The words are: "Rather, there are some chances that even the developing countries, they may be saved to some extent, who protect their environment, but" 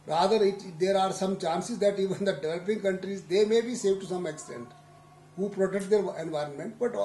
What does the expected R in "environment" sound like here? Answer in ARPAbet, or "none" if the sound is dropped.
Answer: R